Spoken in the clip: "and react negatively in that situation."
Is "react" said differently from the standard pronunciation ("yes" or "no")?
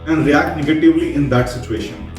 no